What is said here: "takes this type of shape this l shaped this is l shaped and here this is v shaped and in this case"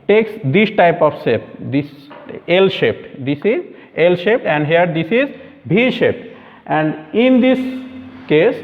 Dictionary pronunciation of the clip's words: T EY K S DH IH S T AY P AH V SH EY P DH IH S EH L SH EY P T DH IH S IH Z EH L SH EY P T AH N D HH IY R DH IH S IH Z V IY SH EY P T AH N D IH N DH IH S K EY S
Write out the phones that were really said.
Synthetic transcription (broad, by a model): T EY K S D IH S T AY P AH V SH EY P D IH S EH L SH EY P T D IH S IH Z EH L SH EY P T AH N D HH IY R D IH S IH Z B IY SH EY P T AH N D IH N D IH S K EY S